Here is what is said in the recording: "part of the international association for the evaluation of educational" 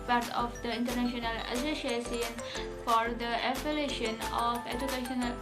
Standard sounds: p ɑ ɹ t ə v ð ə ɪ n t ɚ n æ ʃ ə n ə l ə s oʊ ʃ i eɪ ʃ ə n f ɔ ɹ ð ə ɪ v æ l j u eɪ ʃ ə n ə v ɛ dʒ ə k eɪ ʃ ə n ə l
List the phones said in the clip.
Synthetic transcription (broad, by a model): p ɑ ɹ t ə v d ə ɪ n t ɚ n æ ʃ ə n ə l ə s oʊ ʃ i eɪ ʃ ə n f ɔ ɹ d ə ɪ p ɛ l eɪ ʃ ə n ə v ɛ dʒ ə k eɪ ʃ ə n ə l